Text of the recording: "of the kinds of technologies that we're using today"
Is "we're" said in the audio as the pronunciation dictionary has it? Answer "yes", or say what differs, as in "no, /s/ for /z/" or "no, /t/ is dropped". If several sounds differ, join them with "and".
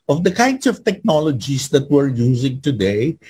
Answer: yes